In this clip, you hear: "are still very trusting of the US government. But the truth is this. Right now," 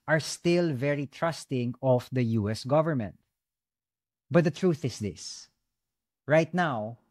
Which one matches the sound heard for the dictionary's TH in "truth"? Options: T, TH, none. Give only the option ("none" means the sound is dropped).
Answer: TH